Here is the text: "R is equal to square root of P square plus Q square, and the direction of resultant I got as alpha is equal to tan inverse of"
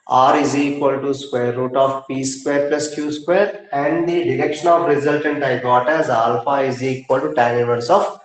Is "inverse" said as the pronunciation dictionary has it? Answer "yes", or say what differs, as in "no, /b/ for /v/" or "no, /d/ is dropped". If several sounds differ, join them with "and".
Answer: no, /n/ is dropped